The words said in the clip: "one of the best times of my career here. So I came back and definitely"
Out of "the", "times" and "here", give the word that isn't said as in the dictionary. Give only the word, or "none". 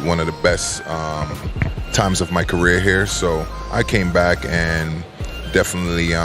none